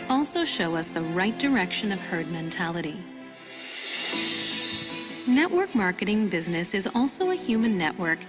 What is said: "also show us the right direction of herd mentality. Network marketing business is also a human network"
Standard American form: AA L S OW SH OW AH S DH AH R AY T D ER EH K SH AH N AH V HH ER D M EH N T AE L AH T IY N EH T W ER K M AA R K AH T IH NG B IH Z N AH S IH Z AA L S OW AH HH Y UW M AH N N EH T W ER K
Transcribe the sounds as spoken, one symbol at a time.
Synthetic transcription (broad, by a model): AA L S OW SH OW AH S DH AH R AY T D ER EH K SH AH N AH V HH ER D M EH N T AE L AH T IY N EH T W ER K M AA R K AH T IH NG B IH Z N AH S IH Z AA L S OW AH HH Y UW M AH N N EH T W ER K